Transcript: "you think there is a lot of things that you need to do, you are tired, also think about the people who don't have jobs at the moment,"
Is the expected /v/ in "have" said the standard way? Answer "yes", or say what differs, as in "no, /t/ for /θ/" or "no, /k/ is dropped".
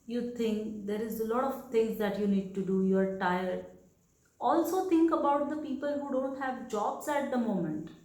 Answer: yes